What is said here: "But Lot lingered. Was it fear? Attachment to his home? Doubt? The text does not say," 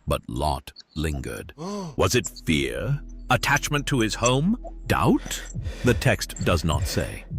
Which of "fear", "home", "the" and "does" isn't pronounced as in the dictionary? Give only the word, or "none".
none